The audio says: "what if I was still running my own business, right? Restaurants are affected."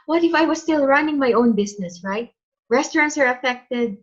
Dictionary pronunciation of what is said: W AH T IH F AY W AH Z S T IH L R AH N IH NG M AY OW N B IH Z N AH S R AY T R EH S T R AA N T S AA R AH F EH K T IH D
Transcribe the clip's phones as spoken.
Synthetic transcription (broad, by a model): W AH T IH F AY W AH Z S T IH L R AH N IH NG M AY OW N B IH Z N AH S R AY T R EH S T R AA N T S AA R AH F EH K T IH D